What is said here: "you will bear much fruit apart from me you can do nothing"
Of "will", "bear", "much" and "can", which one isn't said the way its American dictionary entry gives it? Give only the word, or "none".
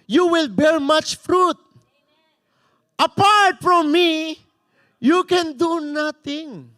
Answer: bear